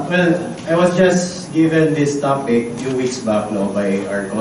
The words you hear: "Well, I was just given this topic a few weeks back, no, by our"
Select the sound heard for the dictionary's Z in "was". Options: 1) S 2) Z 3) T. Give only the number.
1